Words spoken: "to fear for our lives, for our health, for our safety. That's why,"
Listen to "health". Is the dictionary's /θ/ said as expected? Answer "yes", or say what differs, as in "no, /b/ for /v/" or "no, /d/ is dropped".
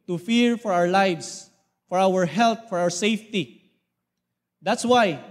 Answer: no, /t/ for /θ/